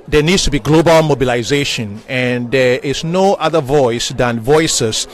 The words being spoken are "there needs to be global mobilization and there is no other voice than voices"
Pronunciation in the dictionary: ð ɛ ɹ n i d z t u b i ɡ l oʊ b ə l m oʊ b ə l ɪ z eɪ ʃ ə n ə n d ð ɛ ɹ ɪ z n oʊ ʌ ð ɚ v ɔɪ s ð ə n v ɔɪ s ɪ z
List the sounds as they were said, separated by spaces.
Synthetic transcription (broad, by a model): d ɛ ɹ n i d s t u b i ɡ l oʊ b ə l m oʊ b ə l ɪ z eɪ ʃ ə n ə n d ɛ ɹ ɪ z n oʊ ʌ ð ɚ v ɔɪ s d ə n v ɔɪ s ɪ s